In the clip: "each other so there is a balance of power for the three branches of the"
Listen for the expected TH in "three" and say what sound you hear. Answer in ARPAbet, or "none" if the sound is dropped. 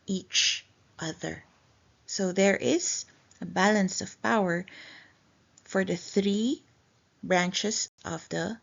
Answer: TH